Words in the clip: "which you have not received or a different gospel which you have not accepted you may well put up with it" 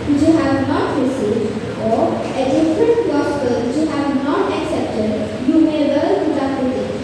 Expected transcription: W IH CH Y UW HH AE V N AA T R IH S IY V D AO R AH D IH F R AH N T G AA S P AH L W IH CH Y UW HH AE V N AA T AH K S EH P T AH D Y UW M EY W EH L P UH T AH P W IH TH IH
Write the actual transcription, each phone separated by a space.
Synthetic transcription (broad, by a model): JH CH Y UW HH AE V N AA T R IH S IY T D AO R AH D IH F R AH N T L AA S AH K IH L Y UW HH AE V N AA T AH K S EH P T AH D Y UW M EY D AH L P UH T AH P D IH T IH